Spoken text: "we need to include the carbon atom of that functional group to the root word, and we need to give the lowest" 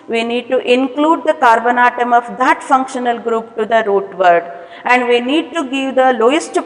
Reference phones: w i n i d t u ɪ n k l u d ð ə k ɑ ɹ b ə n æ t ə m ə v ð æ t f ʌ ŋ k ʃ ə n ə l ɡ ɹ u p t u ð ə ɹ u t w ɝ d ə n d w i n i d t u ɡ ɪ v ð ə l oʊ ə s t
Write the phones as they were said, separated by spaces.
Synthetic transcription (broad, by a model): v i n i d t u ɪ n k l u d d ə k ɑ ɹ b ə n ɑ t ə m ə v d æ t f ʌ ŋ k ʃ ə n ə l ɡ ɹ u p t u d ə ɹ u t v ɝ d ə n d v i n i d t u ɡ ɪ v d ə l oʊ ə s t